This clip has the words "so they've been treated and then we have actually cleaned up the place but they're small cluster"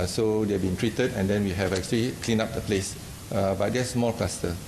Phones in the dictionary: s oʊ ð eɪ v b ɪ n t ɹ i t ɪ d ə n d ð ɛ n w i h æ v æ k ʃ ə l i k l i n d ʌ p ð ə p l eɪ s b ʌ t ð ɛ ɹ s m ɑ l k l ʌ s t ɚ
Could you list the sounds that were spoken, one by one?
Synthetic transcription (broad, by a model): s oʊ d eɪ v b ɪ n t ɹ i t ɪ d ə n d ɛ n w i h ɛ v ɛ k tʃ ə l i k l i n ɑ p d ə p l eɪ s b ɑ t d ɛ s m ɑ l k l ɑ s t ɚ